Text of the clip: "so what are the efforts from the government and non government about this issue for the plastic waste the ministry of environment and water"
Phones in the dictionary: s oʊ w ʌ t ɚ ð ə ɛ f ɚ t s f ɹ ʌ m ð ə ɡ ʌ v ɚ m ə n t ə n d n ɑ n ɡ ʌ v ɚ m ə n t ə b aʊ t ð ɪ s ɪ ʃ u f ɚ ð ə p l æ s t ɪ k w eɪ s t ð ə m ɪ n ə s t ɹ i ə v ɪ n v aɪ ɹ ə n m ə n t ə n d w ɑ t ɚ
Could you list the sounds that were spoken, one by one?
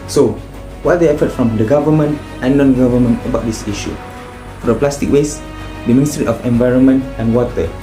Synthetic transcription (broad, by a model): s oʊ w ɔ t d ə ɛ f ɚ t f ɹ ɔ m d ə ɡ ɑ v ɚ m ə n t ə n n ɑ n ɡ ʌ v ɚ m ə n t ə b aʊ t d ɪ s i ʃ u f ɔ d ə p l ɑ s t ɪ k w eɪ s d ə m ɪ n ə s t ɹ i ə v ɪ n v aɪ ɹ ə n m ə n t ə n w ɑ t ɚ